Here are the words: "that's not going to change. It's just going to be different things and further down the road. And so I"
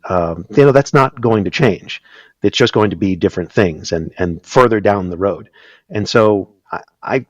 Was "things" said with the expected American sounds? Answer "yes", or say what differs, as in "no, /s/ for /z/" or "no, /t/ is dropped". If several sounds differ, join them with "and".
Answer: yes